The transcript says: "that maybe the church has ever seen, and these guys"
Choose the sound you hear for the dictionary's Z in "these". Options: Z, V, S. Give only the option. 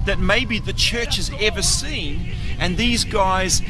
Z